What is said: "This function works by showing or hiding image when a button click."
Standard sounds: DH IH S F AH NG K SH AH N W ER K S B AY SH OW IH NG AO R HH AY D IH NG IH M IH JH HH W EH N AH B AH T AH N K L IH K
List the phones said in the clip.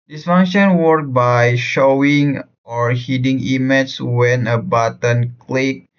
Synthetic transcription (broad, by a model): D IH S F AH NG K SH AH N W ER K B AY SH OW IH NG AO R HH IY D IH NG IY M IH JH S W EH N AH B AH T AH N K L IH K